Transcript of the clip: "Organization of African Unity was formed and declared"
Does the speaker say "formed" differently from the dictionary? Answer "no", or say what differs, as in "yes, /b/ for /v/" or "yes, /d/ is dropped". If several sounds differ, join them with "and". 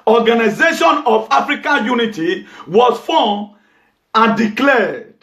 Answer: yes, /d/ is dropped